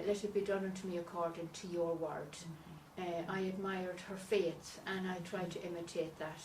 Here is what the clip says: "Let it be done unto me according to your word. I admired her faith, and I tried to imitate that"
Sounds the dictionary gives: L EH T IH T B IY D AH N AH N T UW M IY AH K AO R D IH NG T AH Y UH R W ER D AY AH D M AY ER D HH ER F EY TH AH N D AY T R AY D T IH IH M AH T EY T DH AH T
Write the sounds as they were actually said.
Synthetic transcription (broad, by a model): L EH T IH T B IY D AH N AH N T UW M IY AH K AO R D IH NG T AH Y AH R W ER D AY AH D M AY ER D HH ER F EY S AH N AY T R AY D T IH IH M AH T EY T DH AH T